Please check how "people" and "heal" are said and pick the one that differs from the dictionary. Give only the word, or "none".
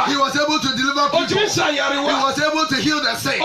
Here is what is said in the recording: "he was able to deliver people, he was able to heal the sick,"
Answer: people